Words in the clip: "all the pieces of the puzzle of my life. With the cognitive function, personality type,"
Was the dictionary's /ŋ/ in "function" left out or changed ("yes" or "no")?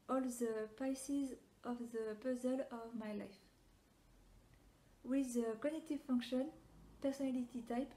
no